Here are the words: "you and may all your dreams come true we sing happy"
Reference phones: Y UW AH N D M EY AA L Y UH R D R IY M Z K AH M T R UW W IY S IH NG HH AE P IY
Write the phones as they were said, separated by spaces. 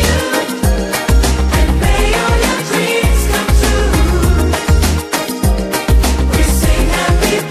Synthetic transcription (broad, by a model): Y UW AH N M EY AA L Y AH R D R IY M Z K AH M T UW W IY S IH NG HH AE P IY